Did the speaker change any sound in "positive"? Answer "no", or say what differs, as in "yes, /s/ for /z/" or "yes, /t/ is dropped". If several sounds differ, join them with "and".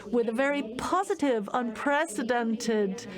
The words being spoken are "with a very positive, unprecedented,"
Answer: no